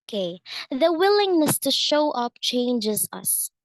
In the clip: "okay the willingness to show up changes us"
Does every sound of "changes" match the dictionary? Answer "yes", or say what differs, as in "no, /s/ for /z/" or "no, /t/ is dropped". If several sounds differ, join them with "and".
yes